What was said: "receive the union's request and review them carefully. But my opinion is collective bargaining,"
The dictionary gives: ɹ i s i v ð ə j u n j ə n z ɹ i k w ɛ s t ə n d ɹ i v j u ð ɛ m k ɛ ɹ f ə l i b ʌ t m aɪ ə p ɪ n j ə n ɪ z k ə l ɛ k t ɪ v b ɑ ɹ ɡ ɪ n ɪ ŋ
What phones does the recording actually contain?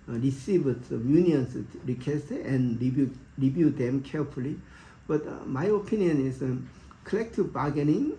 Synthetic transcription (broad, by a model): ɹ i s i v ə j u n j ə n s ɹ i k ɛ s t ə n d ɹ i b j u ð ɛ m k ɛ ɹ f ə l i b ʌ t m aɪ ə p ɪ n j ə n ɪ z k ə l ɛ k t ɪ v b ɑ ɡ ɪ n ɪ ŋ